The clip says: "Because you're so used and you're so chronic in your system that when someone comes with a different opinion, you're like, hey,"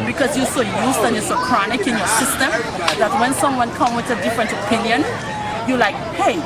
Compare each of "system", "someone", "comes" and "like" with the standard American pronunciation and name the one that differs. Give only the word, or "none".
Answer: comes